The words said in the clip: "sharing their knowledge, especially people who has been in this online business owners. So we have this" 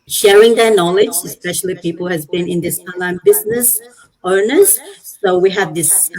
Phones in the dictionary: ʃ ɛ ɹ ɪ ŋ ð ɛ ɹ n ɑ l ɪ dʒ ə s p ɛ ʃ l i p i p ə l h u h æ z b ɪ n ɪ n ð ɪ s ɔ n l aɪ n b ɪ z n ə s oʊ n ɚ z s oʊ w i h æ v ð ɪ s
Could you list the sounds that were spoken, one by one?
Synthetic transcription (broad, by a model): ʃ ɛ ɹ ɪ ŋ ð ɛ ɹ n ɑ l ɪ dʒ ə s p ɛ ʃ l i p i p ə l h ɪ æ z b ɪ n ɪ n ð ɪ s ɔ n l aɪ n b ɪ z n ə s oʊ n ɚ z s oʊ w i h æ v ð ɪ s